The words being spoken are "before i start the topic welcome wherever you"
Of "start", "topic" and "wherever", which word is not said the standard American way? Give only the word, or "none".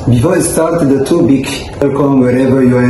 topic